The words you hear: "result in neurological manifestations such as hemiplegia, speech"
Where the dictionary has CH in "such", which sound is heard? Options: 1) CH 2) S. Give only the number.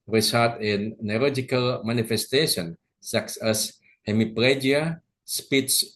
2